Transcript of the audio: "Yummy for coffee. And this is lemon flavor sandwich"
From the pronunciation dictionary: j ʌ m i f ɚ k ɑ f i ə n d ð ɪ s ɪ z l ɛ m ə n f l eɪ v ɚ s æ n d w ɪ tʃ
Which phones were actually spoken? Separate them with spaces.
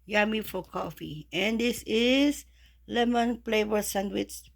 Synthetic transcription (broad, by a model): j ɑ m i f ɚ k ɑ f i ə n d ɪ s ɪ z l ɛ m ə n p l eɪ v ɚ s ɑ n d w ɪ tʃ